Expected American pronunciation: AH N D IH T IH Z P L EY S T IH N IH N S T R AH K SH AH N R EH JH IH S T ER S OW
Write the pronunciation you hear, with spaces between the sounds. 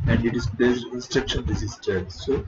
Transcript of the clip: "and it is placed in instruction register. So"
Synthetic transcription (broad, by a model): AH N D IH T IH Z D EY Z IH IH N S T R AH K SH AH N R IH Z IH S T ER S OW